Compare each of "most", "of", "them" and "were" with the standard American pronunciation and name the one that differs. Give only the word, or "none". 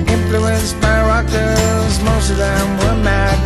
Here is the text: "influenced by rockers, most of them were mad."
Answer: none